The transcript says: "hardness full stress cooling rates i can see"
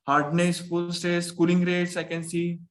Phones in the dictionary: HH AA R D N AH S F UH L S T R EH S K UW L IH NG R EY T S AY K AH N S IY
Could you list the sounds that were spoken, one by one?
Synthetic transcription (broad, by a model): HH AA R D N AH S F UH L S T EH S K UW L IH NG R EY T S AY K AH N S IY